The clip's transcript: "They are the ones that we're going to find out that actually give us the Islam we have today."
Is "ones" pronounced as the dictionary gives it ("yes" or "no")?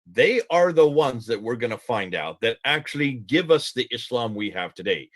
yes